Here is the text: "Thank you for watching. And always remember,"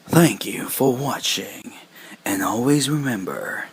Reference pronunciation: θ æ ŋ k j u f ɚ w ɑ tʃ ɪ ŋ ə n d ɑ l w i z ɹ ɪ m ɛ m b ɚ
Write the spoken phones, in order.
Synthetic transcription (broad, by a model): θ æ ŋ k j u f ɚ w ɑ tʃ ɪ ŋ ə n ɑ l w i z ɹ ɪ m ɛ m b ɚ